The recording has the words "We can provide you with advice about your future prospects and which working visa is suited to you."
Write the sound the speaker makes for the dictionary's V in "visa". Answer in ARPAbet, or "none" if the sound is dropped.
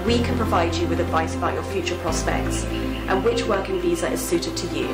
V